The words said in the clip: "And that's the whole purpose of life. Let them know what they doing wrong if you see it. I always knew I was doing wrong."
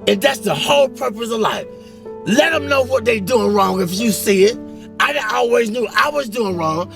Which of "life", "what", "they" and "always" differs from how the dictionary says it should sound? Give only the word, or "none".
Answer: none